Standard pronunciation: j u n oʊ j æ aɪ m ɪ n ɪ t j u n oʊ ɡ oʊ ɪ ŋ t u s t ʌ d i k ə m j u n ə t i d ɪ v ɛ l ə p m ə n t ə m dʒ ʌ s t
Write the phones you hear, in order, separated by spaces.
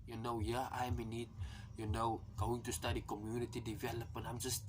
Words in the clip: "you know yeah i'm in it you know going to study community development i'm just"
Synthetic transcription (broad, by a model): j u n oʊ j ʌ aɪ m ɪ n ɪ t j u n oʊ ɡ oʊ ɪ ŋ t u s t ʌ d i k ə m j u n ə t i d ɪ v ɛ l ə p ə n ə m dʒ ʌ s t